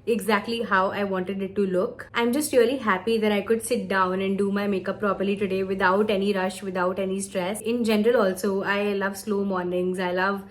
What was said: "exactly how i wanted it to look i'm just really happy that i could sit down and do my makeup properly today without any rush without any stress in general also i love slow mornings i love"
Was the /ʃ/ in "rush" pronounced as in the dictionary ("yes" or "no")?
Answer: yes